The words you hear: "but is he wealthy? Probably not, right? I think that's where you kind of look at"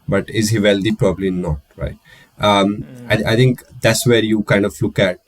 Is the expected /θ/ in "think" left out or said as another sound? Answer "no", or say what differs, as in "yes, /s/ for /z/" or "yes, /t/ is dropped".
yes, /t/ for /θ/